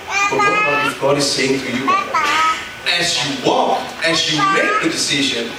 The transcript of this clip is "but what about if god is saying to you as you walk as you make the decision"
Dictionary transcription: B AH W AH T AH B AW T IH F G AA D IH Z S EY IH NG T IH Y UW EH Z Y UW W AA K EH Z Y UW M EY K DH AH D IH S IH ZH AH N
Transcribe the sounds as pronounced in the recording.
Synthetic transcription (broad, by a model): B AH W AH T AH UH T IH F G AA D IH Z S EY IH NG T IH Y UW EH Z Y UW W AA K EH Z Y UW M EY K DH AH D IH S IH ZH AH N